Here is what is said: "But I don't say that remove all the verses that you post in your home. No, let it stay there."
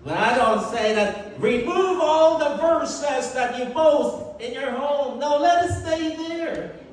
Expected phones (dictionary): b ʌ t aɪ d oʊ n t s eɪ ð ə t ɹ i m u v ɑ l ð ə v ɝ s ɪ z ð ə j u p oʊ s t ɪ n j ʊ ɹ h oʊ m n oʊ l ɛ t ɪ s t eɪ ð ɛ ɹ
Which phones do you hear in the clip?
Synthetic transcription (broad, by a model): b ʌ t aɪ d oʊ n t s eɪ ð ə t ɹ i m u v ɑ l ð ə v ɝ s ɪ s ð ə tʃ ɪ b oʊ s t ɪ n j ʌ ɹ h oʊ m n oʊ l ɛ t ɪ s t eɪ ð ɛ ɹ